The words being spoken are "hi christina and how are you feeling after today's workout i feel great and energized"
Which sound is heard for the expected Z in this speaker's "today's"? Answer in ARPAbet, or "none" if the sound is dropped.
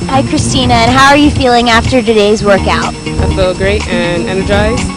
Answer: Z